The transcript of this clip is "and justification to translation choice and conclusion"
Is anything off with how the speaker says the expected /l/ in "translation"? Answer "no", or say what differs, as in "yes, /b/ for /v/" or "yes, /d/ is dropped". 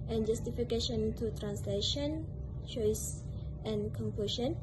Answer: no